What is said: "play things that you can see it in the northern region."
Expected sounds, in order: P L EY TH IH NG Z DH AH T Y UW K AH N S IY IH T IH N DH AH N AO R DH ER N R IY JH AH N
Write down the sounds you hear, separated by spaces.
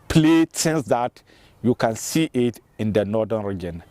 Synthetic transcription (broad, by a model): P L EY S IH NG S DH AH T Y UW K AH N S IY IH T IH N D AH N AO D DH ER N R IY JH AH N